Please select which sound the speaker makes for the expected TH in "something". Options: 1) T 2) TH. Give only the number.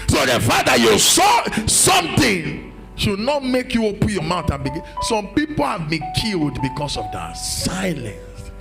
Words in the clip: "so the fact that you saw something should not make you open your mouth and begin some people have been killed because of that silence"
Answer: 1